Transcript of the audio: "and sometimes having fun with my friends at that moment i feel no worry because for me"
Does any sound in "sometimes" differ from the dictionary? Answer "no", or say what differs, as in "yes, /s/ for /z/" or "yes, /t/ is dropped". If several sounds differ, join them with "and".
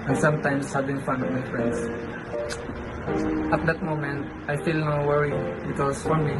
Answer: yes, /s/ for /z/